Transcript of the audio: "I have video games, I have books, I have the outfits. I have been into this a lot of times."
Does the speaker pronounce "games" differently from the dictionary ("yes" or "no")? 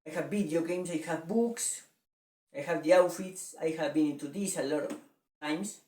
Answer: yes